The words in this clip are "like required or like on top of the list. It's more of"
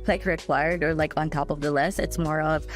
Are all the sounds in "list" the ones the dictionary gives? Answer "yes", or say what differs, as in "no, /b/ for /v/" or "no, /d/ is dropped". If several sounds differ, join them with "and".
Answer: no, /t/ is dropped